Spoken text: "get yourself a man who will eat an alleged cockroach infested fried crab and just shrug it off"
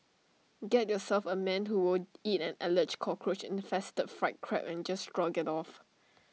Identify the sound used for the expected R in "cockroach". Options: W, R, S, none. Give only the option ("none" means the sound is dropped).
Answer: R